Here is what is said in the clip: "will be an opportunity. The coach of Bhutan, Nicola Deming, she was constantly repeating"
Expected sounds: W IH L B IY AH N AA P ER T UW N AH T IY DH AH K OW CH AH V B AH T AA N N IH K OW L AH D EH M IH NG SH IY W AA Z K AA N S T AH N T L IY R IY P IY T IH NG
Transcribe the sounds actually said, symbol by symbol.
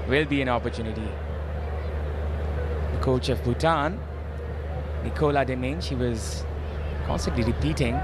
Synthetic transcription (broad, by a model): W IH L B IY AH N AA P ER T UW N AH T IY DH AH K OW CH AH V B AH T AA N N IH K OW L AH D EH M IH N SH IY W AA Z K AA N S T AH N T L IY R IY P IY T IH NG